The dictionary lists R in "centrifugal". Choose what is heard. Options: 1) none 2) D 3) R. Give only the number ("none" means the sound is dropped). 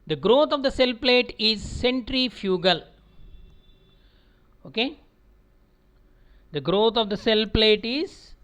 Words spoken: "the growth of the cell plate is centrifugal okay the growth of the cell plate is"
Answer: 3